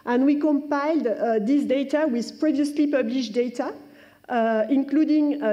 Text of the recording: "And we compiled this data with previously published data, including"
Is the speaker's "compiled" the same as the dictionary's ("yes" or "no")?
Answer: yes